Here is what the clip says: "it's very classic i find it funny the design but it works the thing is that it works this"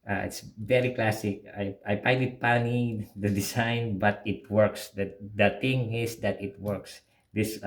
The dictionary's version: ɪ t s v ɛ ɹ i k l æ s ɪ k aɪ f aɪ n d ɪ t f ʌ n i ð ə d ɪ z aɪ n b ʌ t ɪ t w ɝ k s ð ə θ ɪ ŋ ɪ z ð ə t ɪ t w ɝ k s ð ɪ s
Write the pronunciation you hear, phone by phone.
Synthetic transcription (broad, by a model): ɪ t s v ɛ ɹ i k l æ s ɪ k aɪ p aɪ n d ɪ t p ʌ n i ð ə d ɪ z aɪ n b ʌ t ɪ t w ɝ k s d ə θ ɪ ŋ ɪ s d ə t ɪ t w ɝ k s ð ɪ s